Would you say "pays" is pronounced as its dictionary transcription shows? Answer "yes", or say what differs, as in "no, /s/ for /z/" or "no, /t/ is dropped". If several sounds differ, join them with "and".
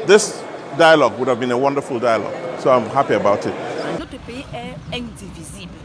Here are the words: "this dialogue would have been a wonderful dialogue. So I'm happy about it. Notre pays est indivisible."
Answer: no, /z/ is dropped